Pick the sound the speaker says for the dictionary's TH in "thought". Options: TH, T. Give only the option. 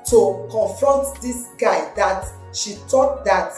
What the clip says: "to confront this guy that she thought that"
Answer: T